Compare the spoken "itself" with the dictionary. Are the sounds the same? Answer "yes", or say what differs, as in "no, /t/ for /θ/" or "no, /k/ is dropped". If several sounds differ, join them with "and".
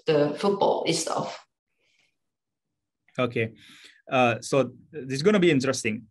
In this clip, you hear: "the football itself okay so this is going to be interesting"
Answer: no, /l/ is dropped